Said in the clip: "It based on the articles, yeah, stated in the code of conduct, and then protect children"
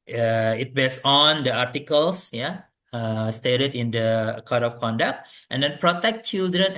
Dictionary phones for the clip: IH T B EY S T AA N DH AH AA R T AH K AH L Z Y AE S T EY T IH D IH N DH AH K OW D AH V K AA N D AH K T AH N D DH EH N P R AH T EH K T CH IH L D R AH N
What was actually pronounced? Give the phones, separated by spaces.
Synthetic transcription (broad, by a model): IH T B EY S AA N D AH AA R T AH K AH L S Y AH S T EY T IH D IH N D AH K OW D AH F K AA N D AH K T AH N D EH N P R AH T EH K T CH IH L D R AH N